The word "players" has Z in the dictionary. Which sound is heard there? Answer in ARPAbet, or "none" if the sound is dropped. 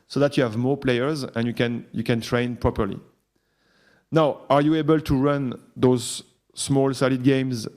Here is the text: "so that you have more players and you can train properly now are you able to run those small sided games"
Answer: Z